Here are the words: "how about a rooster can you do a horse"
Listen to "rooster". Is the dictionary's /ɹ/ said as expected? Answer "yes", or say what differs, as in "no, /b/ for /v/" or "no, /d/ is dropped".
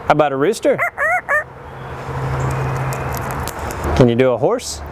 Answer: yes